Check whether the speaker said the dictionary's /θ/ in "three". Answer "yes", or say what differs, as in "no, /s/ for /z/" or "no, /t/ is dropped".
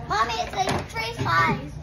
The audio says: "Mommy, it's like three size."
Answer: no, /t/ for /θ/